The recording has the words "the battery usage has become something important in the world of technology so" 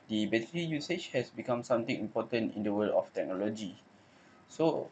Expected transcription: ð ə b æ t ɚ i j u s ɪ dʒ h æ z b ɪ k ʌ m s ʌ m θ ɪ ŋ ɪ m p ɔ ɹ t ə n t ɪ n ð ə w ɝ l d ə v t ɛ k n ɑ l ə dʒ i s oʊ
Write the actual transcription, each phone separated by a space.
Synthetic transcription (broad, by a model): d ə b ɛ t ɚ i j u s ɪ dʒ h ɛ s b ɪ k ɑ m s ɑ m t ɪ ŋ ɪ m p ɔ t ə n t ɪ n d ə w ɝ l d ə f t ɛ k n ɑ l ə dʒ i s oʊ